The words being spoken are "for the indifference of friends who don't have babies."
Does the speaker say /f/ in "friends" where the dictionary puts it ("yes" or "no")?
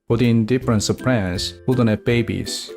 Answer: no